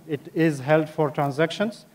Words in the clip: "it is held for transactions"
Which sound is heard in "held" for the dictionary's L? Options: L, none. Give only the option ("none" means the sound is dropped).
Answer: L